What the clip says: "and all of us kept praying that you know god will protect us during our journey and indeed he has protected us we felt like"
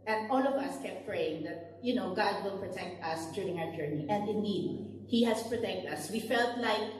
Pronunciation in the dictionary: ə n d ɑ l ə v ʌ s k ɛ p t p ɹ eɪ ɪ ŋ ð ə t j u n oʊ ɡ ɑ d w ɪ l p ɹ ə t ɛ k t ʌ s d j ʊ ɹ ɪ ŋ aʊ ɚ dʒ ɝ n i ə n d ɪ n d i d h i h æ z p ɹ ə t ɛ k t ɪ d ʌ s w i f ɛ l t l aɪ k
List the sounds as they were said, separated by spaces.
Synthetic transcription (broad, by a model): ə n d ɑ l ə v ʌ s k ɛ p t p ɹ eɪ ɪ ŋ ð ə t j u n oʊ ɡ ɑ d w ɪ l p ɹ ə t ɛ k t ʌ s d j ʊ ɹ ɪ ŋ aʊ ɚ dʒ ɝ n i ə n d ɪ n d i d h i h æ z p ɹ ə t ɛ k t ʌ s w i f ɛ l t l aɪ k